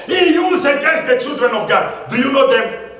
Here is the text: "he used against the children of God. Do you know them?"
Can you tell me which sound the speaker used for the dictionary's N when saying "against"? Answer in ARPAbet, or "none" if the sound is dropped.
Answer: none